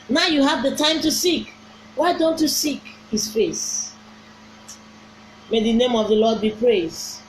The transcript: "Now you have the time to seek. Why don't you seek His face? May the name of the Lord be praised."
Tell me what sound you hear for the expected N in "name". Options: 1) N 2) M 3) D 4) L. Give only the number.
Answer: 1